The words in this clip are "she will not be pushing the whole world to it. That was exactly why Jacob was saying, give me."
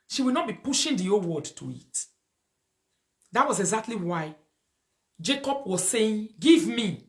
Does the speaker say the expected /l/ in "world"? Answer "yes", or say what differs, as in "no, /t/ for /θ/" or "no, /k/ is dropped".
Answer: no, /l/ is dropped